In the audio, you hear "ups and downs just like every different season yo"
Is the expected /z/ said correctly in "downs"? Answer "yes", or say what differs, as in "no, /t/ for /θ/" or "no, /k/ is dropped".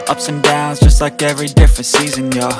yes